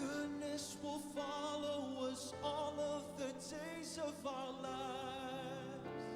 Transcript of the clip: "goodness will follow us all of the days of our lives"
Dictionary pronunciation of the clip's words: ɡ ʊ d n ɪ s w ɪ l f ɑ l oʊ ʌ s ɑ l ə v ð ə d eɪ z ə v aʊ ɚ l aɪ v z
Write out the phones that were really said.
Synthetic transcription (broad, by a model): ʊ d n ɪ s w ɪ l f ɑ l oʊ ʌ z ɑ l ə v ð ə d eɪ z ə v aʊ ɚ l aɪ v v